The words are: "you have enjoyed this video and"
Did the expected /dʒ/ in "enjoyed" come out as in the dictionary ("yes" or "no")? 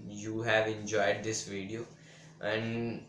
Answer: yes